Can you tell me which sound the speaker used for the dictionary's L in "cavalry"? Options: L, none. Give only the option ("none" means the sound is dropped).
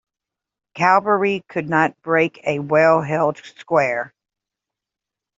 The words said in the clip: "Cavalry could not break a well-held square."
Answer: none